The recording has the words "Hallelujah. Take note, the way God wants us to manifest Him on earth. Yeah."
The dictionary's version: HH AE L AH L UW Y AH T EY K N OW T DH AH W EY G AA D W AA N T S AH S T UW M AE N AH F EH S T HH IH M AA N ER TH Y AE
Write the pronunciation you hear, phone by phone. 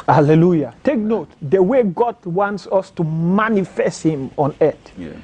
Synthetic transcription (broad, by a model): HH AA L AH L UW Y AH T EY K N OW T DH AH W EY G AA D W AA N T S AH S T UW M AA N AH F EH S T HH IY M AA N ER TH